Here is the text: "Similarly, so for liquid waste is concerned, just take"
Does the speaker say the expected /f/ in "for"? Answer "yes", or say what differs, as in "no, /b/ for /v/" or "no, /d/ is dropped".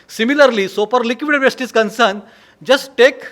no, /p/ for /f/